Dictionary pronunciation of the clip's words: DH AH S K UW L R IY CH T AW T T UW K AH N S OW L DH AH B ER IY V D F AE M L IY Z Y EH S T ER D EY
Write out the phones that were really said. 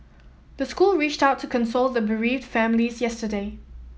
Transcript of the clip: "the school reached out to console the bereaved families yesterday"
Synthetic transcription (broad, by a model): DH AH S K UW L R IY CH T AW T T UW K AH N S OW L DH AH B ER IY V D F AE M L IY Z Y EH S T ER D EY